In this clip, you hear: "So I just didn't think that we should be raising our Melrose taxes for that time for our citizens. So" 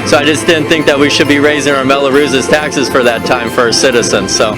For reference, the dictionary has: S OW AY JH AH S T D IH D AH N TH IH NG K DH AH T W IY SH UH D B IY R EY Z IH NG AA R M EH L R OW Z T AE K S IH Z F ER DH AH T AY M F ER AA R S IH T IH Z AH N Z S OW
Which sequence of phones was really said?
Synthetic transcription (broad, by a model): S OW AY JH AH S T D IH D N TH IH NG K DH AH T W IY SH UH D B IY R EY Z IH NG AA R M EH L R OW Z T AE K S IH Z F ER DH AH T AY M F ER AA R S IH T IH Z AH N Z S OW